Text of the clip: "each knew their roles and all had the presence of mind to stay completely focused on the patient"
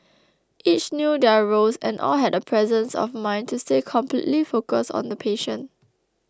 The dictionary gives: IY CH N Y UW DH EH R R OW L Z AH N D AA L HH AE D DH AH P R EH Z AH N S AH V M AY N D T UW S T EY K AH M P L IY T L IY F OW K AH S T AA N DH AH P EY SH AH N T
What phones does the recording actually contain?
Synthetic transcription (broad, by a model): IY CH N Y UW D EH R R OW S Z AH N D AA L HH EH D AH P R EH Z AH N S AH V M AY N T UW S T EY K AH M P L IY T L IY F OW K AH S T AA N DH AH P EY SH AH N